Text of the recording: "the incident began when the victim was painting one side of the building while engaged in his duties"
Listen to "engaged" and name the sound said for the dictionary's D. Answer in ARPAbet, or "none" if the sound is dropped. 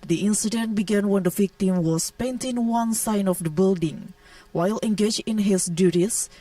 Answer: none